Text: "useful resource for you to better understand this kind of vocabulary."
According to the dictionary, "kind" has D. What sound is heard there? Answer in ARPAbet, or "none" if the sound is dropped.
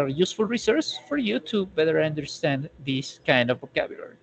D